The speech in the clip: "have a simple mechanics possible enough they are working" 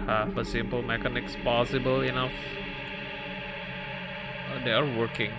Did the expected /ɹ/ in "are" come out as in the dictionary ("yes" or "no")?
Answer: yes